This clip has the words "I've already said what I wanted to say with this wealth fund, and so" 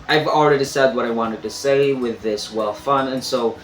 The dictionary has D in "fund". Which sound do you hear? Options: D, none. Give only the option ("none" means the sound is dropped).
none